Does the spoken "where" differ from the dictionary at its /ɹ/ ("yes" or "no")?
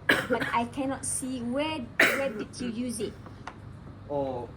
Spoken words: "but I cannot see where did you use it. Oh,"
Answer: yes